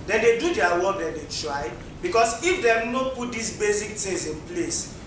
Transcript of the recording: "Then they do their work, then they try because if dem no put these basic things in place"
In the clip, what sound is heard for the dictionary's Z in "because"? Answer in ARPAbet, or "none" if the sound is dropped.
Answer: S